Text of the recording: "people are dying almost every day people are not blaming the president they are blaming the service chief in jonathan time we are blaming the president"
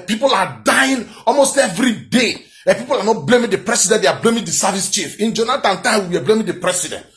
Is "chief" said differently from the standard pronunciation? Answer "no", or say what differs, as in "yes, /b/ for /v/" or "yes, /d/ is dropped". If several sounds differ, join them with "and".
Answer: no